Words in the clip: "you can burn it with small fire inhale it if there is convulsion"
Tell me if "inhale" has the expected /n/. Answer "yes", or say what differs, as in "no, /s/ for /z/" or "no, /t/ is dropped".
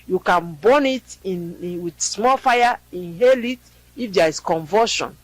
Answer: yes